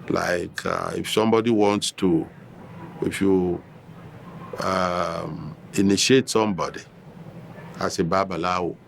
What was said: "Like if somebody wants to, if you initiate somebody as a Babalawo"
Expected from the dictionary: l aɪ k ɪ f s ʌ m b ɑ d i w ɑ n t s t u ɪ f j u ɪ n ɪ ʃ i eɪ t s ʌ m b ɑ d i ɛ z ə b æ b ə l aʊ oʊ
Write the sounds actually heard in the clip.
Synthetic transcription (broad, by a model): l aɪ k ɪ f s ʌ m b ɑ d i w ɑ n t s t u ɪ f j u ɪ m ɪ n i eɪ t s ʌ m b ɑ d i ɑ s ə b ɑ b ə l aʊ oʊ